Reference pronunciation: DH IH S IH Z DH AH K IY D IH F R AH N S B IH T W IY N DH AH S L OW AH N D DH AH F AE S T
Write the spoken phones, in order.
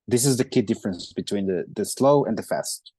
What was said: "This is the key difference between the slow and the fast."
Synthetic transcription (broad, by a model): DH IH S IH Z DH AH K IY D IH F R AH N S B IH T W IY N DH AH S L OW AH N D DH AH F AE S T